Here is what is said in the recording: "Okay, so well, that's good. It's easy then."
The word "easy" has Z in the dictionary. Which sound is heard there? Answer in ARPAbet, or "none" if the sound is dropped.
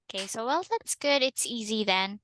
Z